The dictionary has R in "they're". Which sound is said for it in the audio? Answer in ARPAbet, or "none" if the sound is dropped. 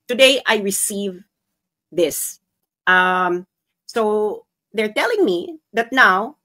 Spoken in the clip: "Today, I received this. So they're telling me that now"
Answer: R